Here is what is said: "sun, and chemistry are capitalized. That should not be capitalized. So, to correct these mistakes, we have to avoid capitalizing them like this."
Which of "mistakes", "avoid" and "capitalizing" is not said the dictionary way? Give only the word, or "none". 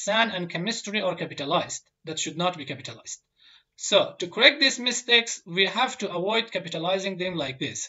avoid